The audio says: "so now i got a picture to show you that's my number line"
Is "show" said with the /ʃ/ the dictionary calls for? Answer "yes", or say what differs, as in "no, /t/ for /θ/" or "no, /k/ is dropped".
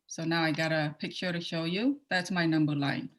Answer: yes